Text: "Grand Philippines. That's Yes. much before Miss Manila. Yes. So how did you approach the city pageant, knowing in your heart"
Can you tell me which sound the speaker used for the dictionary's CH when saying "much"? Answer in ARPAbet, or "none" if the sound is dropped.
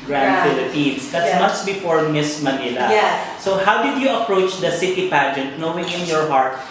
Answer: S